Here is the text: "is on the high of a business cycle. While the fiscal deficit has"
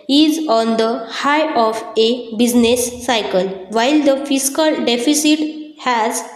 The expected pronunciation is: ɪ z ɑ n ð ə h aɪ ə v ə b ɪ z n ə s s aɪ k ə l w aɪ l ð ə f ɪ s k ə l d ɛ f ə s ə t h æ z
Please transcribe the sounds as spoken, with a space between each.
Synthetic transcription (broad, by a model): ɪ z ɑ n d ə h aɪ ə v ə b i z n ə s s aɪ k ə l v aɪ l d ə f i s k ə l d ɛ f ə s ə t h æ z